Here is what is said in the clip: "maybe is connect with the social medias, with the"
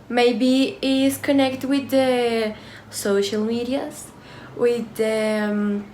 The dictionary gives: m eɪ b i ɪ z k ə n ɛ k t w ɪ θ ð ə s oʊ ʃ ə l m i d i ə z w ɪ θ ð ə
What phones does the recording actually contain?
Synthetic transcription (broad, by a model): m eɪ b i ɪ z k ə n ɛ k t w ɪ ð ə s oʊ ʃ ə l m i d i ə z w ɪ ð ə